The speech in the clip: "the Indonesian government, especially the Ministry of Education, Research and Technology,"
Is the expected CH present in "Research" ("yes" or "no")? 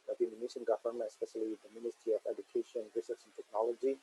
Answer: no